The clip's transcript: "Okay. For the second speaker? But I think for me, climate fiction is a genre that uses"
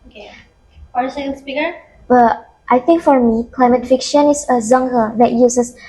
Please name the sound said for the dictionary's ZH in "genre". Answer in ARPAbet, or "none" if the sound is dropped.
Z